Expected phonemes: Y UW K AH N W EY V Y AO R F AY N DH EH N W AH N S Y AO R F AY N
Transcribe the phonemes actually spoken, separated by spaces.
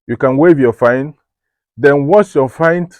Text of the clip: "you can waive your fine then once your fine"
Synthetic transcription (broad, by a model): Y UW K AH N W EY V Y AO F AY N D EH N W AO S Y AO F AY N